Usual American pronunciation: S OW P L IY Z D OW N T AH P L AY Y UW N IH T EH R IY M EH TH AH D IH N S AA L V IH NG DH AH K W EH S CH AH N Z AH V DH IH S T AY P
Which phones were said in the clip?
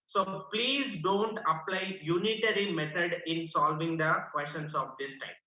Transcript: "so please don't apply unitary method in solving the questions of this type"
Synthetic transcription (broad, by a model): S OW P L IY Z D OW N T AH P L AY Y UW N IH T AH R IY M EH T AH D IH N S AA L V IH NG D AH K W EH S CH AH N S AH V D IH S T AY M